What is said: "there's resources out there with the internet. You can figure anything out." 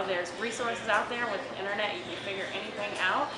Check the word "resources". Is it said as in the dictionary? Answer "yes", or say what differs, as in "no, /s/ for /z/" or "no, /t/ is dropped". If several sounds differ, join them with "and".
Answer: yes